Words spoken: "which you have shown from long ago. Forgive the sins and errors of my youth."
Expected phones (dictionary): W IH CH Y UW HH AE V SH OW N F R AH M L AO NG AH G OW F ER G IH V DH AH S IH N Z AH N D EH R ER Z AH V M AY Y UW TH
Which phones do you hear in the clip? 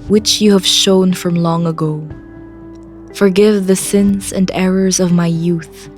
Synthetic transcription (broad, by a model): W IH CH Y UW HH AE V SH OW N F R AH M L AO NG AH G OW F ER G IH V DH AH S IH N Z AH N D EH R ER Z AH V M AY Y UW TH